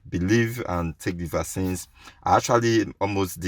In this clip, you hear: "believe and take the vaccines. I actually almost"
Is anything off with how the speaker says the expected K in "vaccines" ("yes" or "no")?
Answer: yes